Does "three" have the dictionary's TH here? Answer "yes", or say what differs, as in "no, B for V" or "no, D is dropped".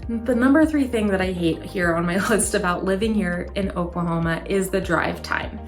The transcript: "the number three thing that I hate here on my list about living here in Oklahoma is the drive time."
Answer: yes